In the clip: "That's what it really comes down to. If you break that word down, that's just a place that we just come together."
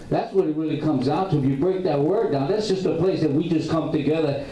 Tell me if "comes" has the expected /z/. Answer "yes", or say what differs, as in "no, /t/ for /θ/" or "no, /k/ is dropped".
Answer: yes